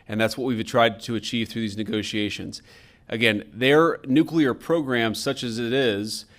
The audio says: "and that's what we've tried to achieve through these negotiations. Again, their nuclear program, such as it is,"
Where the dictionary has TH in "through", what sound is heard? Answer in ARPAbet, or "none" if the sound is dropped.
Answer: TH